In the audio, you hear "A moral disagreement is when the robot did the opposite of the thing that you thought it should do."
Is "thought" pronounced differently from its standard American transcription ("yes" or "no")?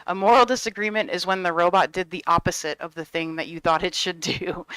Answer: no